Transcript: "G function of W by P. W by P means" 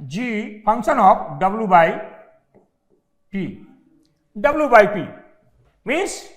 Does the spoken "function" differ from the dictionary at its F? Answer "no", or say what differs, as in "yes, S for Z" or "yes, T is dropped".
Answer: yes, P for F